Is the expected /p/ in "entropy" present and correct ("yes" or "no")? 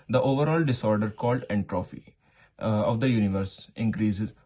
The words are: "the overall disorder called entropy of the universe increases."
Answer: no